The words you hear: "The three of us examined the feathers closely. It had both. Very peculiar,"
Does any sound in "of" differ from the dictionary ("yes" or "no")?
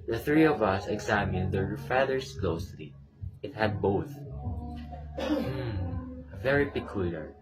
no